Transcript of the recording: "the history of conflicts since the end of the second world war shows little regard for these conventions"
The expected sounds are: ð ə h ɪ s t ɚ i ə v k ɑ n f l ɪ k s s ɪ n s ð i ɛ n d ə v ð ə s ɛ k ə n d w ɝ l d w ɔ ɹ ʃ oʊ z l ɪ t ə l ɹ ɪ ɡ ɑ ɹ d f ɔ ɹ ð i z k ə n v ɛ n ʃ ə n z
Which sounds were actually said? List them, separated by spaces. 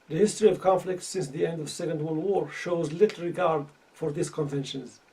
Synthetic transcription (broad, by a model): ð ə h ɪ s t ɚ i ə v k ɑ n f l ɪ k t s ɪ n s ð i ɛ n d ə v s ɛ k ə n d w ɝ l w ɔ ɹ ʃ oʊ z l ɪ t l ɹ ɪ ɡ ɑ ɹ d f ɔ ɹ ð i s k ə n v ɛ n ʃ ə n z